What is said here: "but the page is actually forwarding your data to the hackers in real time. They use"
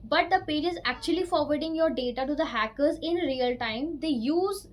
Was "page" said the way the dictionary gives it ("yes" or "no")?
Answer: yes